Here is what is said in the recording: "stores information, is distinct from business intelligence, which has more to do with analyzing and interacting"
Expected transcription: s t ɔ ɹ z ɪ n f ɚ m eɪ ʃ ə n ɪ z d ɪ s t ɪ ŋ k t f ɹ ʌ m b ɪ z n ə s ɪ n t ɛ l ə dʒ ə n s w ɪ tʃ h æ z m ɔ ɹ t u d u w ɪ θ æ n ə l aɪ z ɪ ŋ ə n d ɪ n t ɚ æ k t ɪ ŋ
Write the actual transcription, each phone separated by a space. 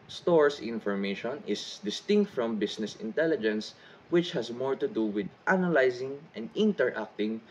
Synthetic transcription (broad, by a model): s t ɔ ɹ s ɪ n f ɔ m eɪ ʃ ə n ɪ s d ɪ s t ɪ ŋ k t f ɹ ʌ m b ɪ s n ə s ɪ n t ɛ l ə dʒ ə n s w ɪ tʃ h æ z m ɔ ɹ t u d u w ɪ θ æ n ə l aɪ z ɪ ŋ ə n d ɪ n t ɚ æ k t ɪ ŋ